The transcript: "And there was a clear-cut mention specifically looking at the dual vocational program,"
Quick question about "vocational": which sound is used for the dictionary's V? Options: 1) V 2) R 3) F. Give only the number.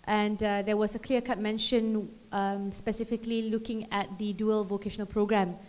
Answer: 1